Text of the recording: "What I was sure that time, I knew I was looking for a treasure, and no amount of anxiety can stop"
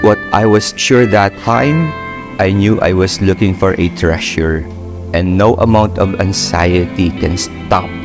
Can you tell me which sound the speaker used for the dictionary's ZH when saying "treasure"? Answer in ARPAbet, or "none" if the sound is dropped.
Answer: SH